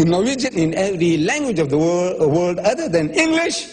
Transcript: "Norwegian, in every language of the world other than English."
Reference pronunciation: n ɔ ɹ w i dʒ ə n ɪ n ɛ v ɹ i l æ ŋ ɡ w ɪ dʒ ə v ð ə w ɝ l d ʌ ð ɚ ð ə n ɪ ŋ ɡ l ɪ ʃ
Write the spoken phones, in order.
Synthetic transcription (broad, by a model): n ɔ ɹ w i dʒ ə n ɪ n ɛ v ɹ i l æ ŋ ɡ w ɪ dʒ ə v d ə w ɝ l d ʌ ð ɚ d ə n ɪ ŋ ɡ l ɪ ʃ